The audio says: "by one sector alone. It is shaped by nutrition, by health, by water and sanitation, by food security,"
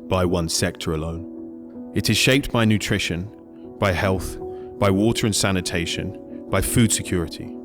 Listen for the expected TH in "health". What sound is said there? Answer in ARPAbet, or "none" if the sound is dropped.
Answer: TH